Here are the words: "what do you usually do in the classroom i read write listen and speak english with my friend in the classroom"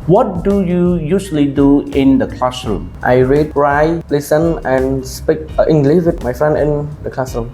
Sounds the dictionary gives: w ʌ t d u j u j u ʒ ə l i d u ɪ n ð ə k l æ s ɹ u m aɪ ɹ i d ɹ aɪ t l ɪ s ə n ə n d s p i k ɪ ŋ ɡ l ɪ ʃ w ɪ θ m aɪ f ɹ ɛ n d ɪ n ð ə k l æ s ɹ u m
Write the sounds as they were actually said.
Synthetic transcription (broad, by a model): w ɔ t d u j u j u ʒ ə l i d u ɪ n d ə k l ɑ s ɹ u m aɪ ɹ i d ɹ aɪ l ɪ s ə n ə n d s p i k ɪ ŋ ɡ l ɪ ʃ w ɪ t m aɪ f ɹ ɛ n ɪ n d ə k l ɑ s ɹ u m